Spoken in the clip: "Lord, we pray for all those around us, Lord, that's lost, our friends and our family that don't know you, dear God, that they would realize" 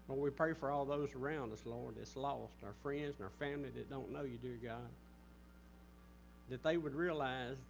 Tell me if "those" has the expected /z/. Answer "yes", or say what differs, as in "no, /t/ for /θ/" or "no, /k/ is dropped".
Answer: yes